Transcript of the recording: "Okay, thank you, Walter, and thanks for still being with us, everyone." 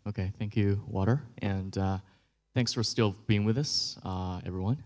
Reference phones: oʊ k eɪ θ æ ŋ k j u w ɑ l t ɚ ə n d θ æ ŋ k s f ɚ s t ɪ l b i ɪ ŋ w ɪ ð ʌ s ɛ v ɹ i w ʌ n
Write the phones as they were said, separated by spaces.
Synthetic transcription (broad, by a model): oʊ k eɪ θ æ ŋ k j u w ɑ t ɚ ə n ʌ θ æ ŋ k s f ɚ s t ɪ l b i ɪ ŋ w ɪ ð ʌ s ɛ v ɹ i w ʌ n